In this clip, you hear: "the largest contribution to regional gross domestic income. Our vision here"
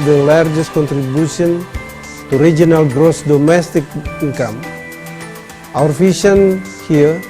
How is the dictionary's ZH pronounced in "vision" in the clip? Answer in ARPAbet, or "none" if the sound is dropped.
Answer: SH